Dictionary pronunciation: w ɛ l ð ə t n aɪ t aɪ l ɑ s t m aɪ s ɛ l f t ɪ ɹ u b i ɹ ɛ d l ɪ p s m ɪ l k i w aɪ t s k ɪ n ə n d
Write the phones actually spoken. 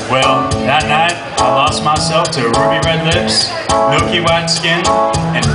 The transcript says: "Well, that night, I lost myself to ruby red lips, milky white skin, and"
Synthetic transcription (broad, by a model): w ɛ l ð ə t n aɪ t aɪ l ɑ s t m aɪ s ɛ l f t ɪ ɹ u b i ɹ ɛ d l ɪ p s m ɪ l k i w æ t s k ɪ n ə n